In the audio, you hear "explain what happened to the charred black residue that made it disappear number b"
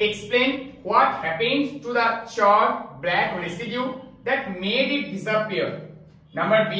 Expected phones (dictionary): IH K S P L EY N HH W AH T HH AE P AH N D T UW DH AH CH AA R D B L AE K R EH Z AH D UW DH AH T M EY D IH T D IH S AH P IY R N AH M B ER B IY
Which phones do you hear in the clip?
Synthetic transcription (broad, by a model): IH K S P L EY N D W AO T HH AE P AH N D T UW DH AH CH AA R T B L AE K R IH S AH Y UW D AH T M EY D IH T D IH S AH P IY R N AH M B ER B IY